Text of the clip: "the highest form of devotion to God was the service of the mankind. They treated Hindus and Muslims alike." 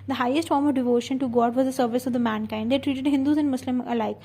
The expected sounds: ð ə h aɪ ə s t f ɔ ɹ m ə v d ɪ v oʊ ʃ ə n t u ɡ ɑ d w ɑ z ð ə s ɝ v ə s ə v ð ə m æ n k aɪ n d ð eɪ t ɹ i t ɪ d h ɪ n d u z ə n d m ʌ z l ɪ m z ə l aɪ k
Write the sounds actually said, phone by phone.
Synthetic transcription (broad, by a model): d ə h aɪ ə s t f ɔ ɹ m ə v d ɪ v oʊ ʃ ə n t u ɡ ɑ d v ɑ z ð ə s ɝ v ə s ə v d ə m æ n k aɪ n d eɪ t ɹ i t ɪ d h ɪ n d u z ə n d m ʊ s l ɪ m ə l aɪ k